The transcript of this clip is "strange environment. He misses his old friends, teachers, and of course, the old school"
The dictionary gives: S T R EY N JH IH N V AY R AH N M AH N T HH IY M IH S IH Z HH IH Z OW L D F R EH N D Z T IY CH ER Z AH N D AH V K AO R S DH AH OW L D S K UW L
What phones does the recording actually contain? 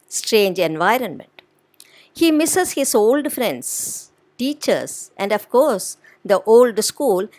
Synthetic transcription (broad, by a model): S T R EY N JH IH N V AY R AH N M AH N T HH IY M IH S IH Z HH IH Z OW L D F R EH N D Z T IY CH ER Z AH N D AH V K AO R S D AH OW L D S K UW L